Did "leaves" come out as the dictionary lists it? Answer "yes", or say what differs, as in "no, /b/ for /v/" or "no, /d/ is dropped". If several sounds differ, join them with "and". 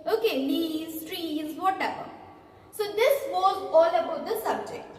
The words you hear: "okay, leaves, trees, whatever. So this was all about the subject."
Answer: no, /v/ is dropped